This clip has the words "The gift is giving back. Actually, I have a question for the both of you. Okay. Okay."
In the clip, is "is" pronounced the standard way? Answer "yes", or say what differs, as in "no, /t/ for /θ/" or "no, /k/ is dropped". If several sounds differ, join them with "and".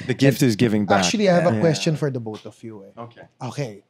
yes